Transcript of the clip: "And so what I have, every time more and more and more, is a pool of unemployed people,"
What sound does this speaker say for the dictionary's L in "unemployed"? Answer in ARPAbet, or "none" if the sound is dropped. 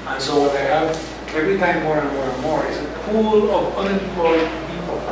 none